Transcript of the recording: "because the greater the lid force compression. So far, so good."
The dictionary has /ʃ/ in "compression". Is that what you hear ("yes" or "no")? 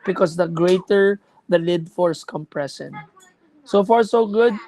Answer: no